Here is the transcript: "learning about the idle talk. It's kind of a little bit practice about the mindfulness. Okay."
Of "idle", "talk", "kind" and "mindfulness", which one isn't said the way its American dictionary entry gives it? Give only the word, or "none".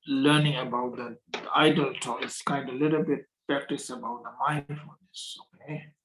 mindfulness